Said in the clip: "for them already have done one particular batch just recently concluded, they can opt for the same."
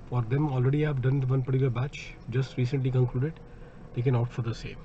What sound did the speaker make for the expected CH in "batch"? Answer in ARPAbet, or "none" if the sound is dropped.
CH